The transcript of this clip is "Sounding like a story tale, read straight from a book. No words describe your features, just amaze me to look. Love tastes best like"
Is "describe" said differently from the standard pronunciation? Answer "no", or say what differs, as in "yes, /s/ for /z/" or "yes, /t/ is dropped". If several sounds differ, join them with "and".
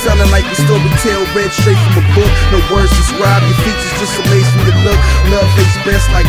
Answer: yes, /k/ is dropped